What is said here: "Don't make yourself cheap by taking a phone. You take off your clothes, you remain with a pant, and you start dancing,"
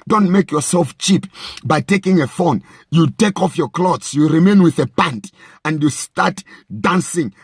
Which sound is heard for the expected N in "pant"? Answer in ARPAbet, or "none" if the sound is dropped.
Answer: N